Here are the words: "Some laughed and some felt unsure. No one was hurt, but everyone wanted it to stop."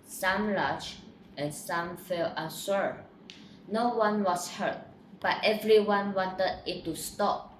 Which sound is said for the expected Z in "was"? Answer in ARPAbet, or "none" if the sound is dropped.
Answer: S